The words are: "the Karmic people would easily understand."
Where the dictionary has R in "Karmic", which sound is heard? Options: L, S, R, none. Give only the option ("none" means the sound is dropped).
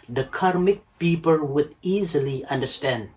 R